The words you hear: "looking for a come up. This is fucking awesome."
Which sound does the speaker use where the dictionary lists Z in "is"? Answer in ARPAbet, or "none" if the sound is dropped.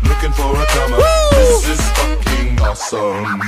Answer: S